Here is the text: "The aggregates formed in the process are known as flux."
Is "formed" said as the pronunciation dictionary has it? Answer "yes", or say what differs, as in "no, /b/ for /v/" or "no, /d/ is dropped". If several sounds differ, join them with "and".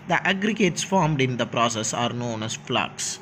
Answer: yes